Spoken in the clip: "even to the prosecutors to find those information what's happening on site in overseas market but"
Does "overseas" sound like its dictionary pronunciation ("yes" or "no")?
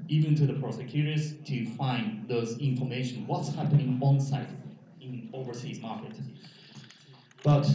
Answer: yes